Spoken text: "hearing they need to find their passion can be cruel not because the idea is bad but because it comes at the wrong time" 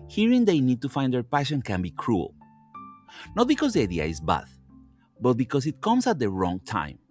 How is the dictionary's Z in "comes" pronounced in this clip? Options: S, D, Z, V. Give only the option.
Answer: S